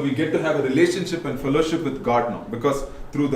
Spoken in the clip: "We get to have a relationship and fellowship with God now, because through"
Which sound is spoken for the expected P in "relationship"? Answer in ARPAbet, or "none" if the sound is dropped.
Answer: P